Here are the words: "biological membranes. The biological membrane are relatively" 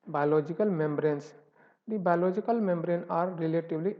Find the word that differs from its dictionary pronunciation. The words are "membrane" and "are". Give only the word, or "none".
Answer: none